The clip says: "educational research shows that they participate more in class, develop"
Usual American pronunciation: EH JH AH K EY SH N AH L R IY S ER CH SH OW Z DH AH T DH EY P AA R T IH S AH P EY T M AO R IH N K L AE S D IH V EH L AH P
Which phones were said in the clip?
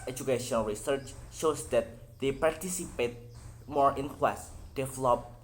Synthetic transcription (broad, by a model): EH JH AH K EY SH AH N R IY S ER CH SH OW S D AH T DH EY P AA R T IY S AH P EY T M AO R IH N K W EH S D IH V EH L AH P